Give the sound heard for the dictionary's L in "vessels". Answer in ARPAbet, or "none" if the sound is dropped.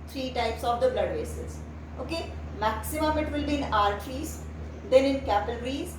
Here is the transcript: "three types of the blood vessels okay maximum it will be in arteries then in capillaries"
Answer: none